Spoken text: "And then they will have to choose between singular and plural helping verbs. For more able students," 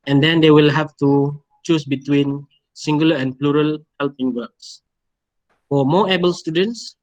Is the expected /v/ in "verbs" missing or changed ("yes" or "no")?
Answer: yes